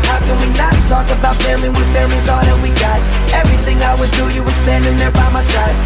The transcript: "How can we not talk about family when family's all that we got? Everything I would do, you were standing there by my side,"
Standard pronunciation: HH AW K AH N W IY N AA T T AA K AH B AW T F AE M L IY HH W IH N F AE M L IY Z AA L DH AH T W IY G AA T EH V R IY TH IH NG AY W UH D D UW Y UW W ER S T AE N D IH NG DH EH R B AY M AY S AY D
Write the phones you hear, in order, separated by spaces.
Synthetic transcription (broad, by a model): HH AW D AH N W IY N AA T T AA K AH B AW T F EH L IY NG W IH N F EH L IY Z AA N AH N W IY G AA T EH V R IY TH IH NG AY W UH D D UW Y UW W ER S T AE N D IH NG DH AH R B AY M AY S AY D